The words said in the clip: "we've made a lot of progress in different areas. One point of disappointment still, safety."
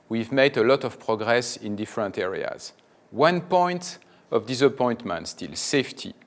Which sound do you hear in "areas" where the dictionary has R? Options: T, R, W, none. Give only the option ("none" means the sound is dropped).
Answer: R